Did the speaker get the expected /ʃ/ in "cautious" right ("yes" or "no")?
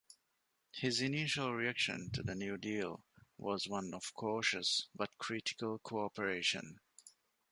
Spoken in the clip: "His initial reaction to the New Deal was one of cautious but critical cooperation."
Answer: yes